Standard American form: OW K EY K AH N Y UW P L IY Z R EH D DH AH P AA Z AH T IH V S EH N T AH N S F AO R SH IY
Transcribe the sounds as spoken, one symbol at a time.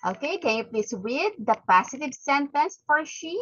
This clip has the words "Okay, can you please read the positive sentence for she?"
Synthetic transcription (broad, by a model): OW K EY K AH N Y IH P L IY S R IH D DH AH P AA S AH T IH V S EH N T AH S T F AO R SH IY